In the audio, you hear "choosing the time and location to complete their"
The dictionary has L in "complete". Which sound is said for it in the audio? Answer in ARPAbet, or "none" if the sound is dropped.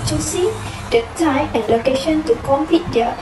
none